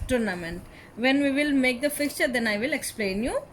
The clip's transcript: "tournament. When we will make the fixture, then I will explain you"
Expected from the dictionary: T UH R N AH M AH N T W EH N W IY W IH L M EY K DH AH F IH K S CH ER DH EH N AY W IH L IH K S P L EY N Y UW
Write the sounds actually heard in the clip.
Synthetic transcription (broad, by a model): T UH R N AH M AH N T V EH N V IY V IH L M EY K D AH F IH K CH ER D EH N AY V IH L IH K S P L EY N Y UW